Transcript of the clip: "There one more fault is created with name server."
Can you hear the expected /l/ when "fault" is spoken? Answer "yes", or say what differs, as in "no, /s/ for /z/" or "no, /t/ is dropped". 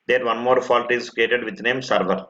yes